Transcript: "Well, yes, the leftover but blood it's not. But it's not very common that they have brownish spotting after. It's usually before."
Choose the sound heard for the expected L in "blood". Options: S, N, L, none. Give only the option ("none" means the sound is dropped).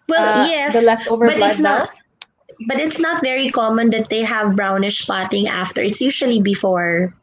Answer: none